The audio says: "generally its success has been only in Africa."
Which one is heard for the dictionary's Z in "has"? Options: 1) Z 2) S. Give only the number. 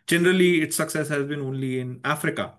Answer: 1